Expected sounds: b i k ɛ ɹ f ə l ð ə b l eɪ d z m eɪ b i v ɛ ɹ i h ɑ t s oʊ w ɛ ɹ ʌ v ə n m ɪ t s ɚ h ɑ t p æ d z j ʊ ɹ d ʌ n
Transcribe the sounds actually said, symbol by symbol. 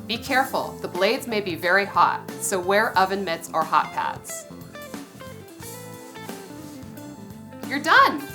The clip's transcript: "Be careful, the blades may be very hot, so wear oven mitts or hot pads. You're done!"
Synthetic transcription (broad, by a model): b i k ɛ ɹ f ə l ð ə b l eɪ d z m eɪ b i v ɛ ɹ i h ɑ t s oʊ w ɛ ɹ ʌ v ə n m ɪ t s ɚ h ɑ t p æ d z j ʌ ɹ d ʌ n